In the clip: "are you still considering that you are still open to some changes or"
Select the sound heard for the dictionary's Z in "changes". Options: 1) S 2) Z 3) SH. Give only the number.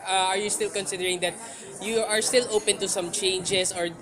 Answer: 1